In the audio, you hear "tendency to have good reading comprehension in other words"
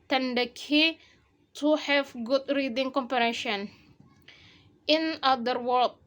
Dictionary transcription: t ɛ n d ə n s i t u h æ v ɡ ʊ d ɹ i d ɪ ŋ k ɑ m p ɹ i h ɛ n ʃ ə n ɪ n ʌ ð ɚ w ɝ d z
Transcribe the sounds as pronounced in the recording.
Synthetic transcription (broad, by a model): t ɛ n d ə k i t u h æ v ɡ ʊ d ɹ i d ɪ ŋ k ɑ m p i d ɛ ʃ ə n ɪ n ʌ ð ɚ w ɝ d